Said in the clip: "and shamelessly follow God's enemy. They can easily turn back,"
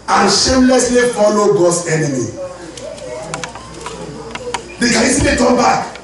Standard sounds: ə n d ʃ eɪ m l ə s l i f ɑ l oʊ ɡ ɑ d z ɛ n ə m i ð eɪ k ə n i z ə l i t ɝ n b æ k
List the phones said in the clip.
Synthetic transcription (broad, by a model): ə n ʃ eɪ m l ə s l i f ɑ l oʊ ɡ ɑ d s ɛ n ə m i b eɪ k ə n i s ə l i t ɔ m b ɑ k